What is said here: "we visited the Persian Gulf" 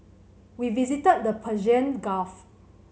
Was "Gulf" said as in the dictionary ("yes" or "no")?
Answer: no